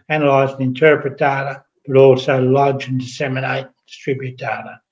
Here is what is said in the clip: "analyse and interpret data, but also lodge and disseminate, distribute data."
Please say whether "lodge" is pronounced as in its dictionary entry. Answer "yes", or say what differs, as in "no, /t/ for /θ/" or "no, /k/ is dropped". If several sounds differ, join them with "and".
yes